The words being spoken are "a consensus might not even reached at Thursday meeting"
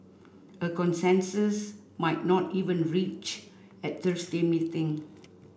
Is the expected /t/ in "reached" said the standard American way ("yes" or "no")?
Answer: no